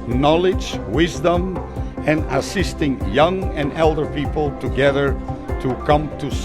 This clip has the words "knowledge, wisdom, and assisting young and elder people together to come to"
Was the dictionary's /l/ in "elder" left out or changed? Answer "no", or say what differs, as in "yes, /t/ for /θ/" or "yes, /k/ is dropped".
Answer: no